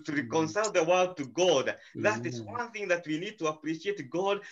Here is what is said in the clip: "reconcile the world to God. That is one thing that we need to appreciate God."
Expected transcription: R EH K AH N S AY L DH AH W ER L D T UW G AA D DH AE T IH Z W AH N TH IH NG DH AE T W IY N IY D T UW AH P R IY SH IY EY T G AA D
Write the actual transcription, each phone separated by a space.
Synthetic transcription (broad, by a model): R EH K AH N S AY L DH AH W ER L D T UW G AA D DH AE T IH Z W AH N TH IH NG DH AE T W IY N IY D T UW AH P R IY SH IY EY T G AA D